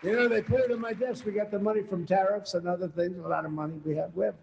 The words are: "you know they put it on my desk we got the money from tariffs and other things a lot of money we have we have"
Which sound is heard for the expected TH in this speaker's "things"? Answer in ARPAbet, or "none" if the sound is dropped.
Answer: TH